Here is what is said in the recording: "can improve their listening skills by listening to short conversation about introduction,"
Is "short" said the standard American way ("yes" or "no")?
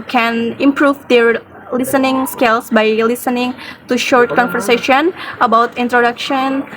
yes